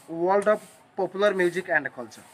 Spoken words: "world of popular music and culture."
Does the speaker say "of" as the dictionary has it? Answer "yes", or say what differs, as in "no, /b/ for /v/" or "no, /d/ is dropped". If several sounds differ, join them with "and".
no, /p/ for /v/